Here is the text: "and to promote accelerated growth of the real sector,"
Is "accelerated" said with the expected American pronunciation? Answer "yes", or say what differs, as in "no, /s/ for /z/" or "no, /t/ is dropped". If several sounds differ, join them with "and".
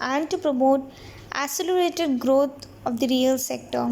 no, /k/ is dropped